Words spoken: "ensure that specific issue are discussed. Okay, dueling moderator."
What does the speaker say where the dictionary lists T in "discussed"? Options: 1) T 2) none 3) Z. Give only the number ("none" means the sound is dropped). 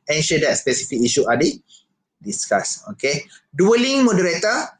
2